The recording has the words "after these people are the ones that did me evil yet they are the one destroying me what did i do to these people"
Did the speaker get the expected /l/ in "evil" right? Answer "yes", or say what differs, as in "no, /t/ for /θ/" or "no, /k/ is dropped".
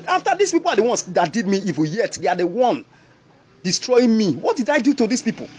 no, /n/ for /l/